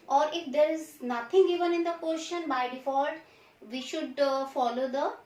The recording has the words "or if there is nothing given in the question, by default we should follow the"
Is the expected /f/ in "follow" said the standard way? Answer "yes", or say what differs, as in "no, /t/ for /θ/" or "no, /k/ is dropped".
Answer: yes